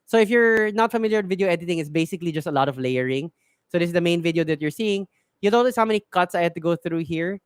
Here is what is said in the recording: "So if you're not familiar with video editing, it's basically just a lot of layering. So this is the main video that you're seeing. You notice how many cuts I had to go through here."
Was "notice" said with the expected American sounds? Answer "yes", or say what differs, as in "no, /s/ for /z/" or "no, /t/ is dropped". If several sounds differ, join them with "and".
no, /l/ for /n/